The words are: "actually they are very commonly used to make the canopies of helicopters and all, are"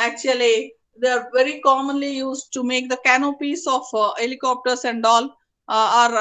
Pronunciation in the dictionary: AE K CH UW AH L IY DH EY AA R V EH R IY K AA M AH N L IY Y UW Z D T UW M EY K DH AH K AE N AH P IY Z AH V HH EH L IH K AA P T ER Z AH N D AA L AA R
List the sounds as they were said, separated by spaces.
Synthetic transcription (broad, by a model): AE K CH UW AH L IY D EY AA R V EH R IY K AA M AH N L IY Y UW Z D T UW M EY K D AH K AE N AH P IY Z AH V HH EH L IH K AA P T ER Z AH N D AA L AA R